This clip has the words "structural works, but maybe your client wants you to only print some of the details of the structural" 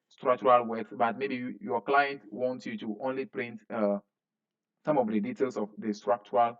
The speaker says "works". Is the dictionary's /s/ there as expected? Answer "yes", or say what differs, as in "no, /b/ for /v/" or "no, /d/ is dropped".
no, /s/ is dropped